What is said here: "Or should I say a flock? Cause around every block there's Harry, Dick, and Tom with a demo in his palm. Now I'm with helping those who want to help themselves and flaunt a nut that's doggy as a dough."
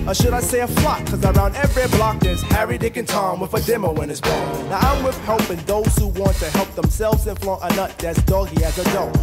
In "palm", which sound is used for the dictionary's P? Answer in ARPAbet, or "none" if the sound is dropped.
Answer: B